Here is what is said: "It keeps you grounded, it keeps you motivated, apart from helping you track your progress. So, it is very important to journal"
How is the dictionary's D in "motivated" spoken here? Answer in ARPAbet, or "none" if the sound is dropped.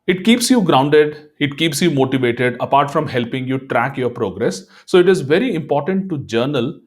D